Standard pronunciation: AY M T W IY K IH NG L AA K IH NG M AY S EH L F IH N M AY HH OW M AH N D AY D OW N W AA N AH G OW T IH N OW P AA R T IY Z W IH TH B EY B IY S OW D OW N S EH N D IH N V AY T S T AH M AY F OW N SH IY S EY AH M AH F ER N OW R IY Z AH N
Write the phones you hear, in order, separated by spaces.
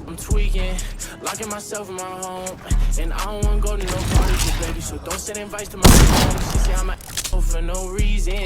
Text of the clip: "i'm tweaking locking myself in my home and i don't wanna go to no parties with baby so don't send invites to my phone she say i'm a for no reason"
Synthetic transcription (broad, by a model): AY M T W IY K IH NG L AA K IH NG M AY S EH L F IH N M AY HH OW M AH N N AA AH G OW T IH N OW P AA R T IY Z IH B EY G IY S OW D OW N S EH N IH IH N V AY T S T AH M AY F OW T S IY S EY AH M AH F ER N OW R IY Z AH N